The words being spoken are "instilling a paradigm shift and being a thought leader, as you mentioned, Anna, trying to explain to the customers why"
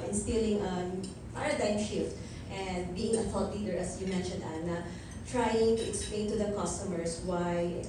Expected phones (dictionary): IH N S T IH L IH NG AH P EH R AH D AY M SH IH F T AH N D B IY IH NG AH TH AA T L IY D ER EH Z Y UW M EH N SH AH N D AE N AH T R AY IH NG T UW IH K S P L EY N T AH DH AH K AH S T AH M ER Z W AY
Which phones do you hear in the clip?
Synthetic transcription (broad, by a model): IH N S T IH L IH NG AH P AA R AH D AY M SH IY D T AH N D B IY IH NG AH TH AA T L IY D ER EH S Y UW M EH N SH AH N D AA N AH T R AY IH NG T UW IH K S P L EY N T AH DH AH K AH S T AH M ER S W AY